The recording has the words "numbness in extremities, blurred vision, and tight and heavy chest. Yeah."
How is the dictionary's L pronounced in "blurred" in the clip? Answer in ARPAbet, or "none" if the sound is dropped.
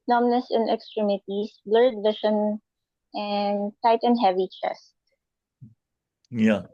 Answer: L